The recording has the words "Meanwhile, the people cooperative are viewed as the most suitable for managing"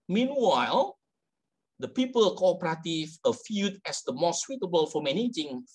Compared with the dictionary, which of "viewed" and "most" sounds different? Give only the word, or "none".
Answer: viewed